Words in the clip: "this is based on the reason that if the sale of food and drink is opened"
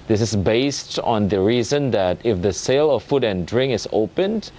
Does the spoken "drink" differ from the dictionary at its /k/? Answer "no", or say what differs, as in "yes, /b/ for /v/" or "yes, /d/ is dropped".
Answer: yes, /k/ is dropped